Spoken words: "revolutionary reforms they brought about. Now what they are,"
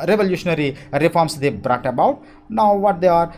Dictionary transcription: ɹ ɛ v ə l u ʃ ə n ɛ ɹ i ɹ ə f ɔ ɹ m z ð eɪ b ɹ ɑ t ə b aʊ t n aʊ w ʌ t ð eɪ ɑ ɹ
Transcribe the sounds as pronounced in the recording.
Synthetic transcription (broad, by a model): ɹ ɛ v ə l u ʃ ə n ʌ ɹ i ɹ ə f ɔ ɹ m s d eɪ b ɹ ɑ t ə b aʊ t n aʊ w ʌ t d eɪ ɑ ɹ